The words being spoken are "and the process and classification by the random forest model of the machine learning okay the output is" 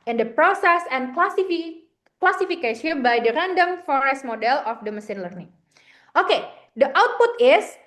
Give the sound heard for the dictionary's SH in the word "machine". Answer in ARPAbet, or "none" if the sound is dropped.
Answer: S